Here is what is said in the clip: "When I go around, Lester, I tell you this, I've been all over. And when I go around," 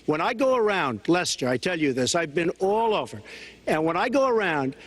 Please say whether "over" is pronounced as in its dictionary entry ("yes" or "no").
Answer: yes